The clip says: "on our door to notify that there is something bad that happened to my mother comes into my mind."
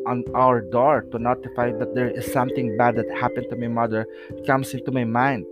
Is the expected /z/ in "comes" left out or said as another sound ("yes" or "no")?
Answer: yes